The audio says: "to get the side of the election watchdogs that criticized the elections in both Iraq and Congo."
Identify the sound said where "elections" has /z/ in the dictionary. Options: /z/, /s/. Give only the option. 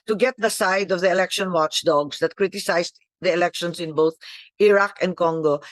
/s/